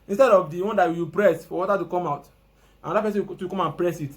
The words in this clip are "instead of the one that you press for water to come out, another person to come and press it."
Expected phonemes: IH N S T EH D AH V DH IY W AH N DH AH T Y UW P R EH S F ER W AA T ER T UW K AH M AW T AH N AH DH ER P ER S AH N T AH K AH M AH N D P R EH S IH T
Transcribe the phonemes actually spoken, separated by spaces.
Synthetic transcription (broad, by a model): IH N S T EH D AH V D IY W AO N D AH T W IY P R EH S F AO W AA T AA T UW K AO M AW T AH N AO AA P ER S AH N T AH K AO M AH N P R EH S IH T